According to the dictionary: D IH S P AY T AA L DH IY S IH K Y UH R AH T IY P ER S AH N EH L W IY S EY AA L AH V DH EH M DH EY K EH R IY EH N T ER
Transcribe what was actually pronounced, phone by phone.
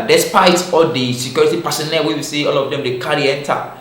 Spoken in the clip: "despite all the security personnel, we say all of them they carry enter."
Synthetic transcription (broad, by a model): D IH S P AY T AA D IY S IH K Y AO R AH T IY P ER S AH N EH W W IY S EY AA L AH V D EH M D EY K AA R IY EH N T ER